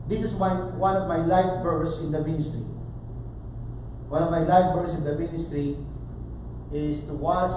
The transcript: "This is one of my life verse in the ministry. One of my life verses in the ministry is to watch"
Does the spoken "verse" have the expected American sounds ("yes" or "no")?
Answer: no